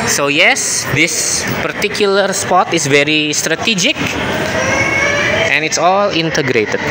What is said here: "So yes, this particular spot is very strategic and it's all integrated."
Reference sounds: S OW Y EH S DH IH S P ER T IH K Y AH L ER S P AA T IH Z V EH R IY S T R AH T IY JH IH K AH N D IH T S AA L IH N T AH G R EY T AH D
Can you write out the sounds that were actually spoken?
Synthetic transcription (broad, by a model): S OW Y EH S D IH S P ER T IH K Y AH L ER S P AA T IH S V EH R IY S T R AH T IY JH IH K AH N IH T S AA L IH N T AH G R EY T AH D